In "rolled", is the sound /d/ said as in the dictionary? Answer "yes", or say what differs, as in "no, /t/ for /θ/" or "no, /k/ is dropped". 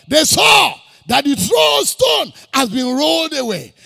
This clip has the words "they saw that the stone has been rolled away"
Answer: yes